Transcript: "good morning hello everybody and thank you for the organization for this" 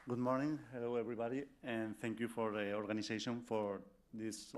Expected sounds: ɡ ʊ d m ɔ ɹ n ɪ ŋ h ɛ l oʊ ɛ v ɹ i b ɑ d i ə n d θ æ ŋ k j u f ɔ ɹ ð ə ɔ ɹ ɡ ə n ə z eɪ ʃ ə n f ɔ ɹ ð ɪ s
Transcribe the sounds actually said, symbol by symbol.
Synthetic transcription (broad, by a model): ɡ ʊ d m ɔ ɹ n ɪ ŋ h ɛ l oʊ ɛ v ɹ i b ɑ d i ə n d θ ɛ ŋ k j u f ɔ ɹ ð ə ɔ ɹ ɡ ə n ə s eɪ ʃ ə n f ɔ ɹ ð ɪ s